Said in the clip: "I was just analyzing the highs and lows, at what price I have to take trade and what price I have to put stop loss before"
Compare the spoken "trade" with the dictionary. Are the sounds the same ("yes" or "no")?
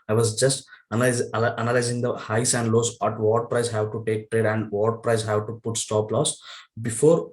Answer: yes